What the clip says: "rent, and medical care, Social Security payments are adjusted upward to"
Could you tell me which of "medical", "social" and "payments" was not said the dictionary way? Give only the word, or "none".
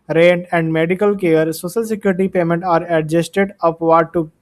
payments